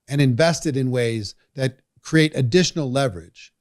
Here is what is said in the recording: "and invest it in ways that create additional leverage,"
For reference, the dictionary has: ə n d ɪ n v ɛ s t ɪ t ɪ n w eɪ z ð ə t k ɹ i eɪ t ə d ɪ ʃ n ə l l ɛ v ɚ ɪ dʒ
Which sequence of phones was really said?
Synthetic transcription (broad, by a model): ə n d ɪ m v ɛ s t ɪ t ɪ n w eɪ z ð ə t k ɹ i eɪ t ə d ɪ ʃ n l l ɛ v ɚ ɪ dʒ